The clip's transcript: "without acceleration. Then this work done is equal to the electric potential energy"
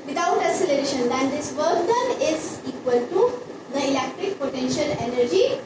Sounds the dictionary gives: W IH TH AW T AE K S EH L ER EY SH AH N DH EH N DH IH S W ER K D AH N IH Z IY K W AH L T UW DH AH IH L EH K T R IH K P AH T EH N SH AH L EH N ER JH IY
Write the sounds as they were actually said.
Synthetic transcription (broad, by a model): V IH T AW T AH S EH L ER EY SH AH N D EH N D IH S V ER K D AH N IH Z IY K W AH L T UW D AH IH L EH K T R IH K P AH T EH N SH AH L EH N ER JH IY